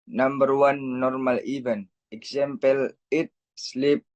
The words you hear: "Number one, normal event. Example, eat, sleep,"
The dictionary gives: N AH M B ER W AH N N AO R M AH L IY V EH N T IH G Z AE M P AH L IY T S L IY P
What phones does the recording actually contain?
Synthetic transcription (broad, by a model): N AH M B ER W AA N N AO R M AH L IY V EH N IH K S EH M P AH L IY T S L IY P